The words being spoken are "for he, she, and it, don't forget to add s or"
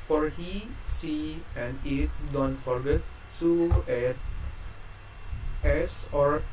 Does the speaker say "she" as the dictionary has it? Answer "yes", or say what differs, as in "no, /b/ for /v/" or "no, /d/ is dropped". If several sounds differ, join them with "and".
no, /s/ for /ʃ/